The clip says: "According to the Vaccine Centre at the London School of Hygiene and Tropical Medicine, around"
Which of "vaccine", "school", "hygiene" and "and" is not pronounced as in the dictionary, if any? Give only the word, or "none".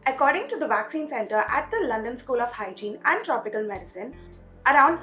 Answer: none